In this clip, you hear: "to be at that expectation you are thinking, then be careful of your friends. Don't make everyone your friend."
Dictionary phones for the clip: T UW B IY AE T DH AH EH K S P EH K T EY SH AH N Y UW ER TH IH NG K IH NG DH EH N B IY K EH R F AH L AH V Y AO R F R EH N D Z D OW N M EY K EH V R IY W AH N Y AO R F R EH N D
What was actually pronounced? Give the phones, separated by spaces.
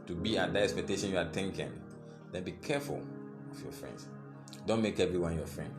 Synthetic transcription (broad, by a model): T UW B IY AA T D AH EH K S P EH K T EY SH AH N Y UW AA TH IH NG K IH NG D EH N B IY K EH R F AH L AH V Y AO F R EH N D S D OW N M EY K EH V R IY W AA N Y AO F R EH N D